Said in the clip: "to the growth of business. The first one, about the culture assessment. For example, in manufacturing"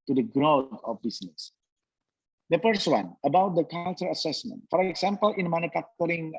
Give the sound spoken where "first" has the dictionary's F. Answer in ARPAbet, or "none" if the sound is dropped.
P